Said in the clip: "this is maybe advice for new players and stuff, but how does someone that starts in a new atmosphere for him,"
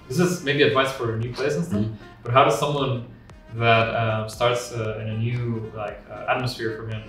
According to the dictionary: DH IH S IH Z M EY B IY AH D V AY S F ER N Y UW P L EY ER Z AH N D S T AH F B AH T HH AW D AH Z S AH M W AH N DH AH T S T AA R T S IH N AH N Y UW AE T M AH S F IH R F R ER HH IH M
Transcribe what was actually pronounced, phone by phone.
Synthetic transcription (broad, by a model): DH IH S IH Z M EY B IY AH D V AY S F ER N Y UW P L EY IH S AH N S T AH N B AH T HH AW D AH Z S AH M W AH N DH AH T S T AA R T S IH N AH N Y UW AE T M AH S F IH R F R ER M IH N